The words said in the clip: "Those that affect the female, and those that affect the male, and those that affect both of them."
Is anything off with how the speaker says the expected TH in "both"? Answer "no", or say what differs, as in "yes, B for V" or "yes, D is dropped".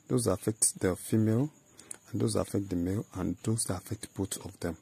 yes, T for TH